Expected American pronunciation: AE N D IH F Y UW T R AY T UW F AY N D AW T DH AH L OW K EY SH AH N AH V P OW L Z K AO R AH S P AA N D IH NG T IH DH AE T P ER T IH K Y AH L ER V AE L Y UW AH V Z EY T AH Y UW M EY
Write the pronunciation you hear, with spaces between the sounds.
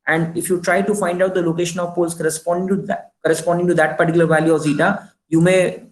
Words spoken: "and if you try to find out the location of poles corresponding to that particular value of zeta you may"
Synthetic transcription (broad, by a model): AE N D IH F Y UW T R AY T UW F AY N D AW T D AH L OW K EY SH AH N AH V P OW L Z K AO R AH S P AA N D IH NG T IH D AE T P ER T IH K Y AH L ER V AE L Y UW AH V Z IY T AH Y UW M EY